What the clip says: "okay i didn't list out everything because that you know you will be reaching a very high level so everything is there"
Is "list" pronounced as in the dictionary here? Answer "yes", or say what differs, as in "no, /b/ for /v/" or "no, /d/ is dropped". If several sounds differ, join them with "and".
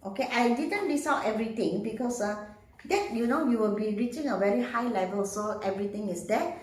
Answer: no, /t/ is dropped